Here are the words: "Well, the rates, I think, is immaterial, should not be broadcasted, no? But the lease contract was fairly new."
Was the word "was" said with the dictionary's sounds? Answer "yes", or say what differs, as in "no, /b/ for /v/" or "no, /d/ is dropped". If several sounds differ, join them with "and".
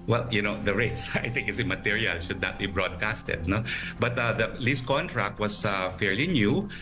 no, /s/ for /z/